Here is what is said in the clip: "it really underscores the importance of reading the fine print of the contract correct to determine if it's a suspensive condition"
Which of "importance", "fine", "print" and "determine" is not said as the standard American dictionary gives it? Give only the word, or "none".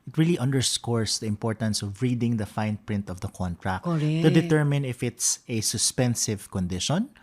none